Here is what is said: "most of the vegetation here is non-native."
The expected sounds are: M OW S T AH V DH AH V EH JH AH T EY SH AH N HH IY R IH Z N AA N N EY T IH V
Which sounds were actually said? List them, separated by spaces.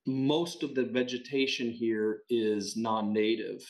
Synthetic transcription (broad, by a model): M OW S T AH V DH AH V EH JH AH T EY SH AH N HH IY R IH Z N AA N N EY T IH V